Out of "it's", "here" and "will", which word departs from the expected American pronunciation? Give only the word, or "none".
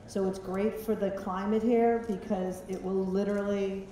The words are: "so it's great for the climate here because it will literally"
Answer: none